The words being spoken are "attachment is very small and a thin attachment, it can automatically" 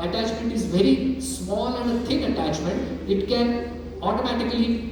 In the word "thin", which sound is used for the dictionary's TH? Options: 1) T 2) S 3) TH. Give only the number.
1